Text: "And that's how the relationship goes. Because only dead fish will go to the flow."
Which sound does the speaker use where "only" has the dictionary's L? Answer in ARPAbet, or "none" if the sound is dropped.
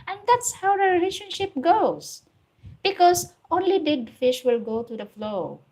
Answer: L